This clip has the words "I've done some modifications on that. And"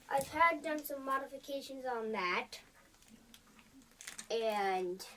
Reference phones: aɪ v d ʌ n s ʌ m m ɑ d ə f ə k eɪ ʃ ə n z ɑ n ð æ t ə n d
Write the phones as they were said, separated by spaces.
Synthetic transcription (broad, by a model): aɪ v d ʌ n s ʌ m m ɑ d ə f ə k eɪ ʃ ə n z n ð æ t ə n